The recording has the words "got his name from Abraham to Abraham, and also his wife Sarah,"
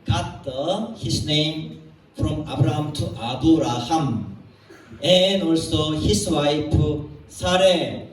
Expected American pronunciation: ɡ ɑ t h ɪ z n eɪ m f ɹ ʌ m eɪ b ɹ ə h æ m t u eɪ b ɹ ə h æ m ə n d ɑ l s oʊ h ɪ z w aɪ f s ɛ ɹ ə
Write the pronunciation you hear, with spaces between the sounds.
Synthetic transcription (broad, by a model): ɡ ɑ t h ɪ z n eɪ m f ɹ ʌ m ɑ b ɹ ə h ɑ m t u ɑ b ɹ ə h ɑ m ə n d ɑ l s oʊ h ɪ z w aɪ p s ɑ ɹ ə